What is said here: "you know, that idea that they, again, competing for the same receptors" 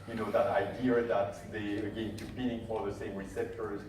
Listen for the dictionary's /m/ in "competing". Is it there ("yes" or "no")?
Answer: no